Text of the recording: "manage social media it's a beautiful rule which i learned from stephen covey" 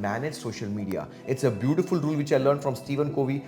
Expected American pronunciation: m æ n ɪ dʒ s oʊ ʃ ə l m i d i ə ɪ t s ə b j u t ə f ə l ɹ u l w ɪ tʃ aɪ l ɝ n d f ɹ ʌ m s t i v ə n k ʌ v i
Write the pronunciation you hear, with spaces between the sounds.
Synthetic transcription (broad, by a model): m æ n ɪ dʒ s oʊ ʃ ə l m i d i ə ɪ t s ə b j u t ə f ə l ɹ u l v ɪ tʃ aɪ l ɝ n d f ɹ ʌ m s t i v ə n k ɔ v i